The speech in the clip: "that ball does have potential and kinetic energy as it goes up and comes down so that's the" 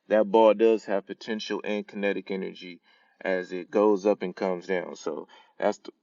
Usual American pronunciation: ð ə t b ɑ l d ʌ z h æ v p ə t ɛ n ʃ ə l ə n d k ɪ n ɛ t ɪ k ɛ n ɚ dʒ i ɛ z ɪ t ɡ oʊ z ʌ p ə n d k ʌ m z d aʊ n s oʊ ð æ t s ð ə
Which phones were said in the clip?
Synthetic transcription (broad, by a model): ð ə t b ɑ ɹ d ʌ z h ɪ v p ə t ɛ n ʃ l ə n k ɪ n ɛ t ɪ k ɛ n ɚ dʒ i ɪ z ɪ t ɡ oʊ z ʌ p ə n k ʌ m z d aʊ n s oʊ ð æ t s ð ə